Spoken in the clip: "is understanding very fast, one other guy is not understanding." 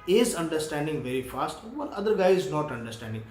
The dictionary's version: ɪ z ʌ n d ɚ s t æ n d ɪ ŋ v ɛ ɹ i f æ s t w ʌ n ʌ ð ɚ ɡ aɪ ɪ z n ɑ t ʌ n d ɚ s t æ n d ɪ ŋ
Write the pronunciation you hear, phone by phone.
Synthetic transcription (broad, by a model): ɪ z ʌ n d ɚ s t æ n d ɪ ŋ v ɛ ɹ i f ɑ s t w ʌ l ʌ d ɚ ɡ aɪ ɪ z n ɑ t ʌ n d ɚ s t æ n d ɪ ŋ